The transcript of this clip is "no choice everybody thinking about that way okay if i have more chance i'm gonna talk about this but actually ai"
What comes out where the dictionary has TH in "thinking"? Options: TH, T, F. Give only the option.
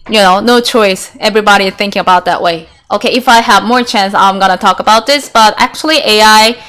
TH